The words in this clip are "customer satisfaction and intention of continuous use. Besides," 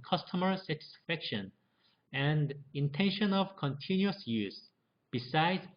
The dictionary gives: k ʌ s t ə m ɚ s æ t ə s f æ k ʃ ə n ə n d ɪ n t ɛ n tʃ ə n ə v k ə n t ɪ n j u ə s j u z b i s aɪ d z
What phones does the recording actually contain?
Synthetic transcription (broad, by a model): k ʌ s t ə m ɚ s æ t ə s f æ k ʃ ə n ə n d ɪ n t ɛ n ʃ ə n ə v k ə n t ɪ n j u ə s j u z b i s aɪ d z